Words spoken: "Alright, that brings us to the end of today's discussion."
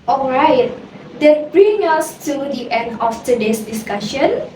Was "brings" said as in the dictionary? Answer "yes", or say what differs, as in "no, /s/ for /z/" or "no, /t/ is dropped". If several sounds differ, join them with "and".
no, /z/ is dropped